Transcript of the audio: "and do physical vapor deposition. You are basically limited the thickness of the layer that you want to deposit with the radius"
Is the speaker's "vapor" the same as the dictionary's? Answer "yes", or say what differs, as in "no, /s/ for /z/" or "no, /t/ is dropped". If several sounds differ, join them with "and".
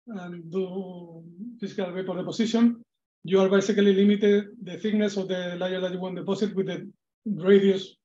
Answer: no, /w/ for /v/